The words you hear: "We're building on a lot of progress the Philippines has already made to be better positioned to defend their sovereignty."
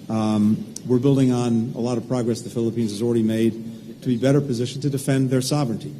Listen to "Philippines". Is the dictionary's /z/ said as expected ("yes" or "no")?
yes